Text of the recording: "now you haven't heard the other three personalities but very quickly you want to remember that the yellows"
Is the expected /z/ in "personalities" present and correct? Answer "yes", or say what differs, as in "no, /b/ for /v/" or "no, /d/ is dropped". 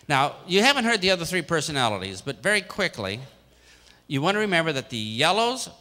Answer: yes